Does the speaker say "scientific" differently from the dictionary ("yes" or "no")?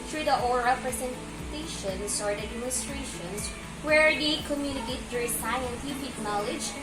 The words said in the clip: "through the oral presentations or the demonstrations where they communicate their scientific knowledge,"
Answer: yes